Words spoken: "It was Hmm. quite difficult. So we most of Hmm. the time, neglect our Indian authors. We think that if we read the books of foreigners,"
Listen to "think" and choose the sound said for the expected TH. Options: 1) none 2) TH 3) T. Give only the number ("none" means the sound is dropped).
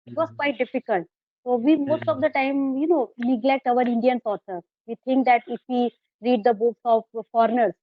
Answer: 3